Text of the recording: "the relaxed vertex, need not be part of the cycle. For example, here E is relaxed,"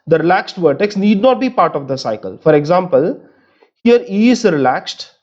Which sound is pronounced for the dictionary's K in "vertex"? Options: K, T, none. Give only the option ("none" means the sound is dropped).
K